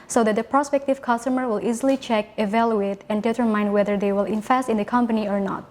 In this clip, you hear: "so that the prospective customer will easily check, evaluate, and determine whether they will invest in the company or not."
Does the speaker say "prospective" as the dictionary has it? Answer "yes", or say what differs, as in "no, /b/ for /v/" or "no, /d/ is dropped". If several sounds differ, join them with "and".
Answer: yes